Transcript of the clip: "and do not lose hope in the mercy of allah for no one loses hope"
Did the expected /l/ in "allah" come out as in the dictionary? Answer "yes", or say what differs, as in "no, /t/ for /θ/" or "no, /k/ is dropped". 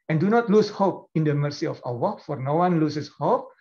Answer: no, /w/ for /l/